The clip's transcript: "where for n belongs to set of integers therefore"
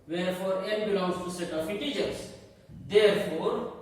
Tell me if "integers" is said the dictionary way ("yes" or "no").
no